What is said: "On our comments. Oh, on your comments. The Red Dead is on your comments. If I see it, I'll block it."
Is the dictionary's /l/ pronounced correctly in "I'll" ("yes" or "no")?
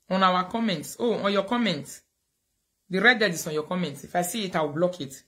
no